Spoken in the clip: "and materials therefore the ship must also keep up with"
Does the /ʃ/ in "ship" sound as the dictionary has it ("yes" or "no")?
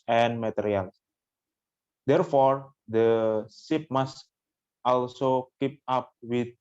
no